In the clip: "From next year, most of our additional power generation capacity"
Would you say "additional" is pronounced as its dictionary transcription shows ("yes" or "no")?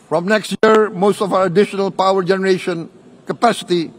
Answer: yes